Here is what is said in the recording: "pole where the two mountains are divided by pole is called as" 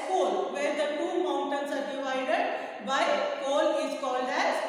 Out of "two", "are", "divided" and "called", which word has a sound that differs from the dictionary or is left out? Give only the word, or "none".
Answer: none